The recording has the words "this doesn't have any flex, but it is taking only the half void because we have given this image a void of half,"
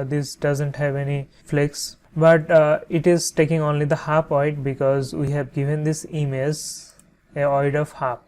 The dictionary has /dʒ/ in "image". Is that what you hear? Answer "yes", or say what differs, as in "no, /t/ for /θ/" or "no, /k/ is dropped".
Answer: no, /z/ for /dʒ/